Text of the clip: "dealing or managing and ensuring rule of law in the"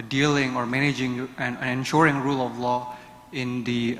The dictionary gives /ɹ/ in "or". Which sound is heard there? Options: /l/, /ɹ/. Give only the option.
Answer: /ɹ/